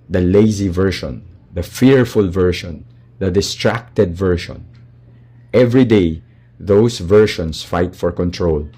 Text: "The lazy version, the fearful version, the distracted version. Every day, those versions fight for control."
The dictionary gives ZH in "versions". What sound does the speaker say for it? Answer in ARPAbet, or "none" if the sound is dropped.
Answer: SH